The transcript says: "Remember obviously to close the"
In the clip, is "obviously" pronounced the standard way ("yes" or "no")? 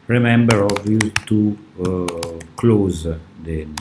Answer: no